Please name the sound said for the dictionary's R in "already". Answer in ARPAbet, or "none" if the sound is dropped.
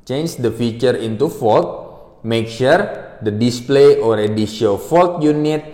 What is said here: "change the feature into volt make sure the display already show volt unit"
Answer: R